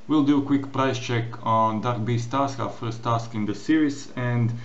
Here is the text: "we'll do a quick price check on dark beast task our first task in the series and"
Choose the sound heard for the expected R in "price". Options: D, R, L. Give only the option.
R